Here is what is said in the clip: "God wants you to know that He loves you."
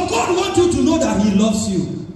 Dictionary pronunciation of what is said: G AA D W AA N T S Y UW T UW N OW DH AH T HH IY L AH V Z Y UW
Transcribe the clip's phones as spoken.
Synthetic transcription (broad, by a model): G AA D W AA N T Y UW T UW N OW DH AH T HH IY L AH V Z Y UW